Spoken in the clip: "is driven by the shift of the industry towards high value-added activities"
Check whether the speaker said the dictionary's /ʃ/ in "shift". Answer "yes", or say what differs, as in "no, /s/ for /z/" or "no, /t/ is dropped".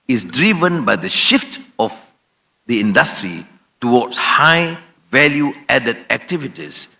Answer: yes